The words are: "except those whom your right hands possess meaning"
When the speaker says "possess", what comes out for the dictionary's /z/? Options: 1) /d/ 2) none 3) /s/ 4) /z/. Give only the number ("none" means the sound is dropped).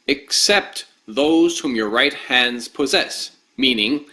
4